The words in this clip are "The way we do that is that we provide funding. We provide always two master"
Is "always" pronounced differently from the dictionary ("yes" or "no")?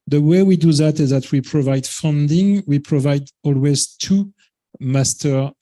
no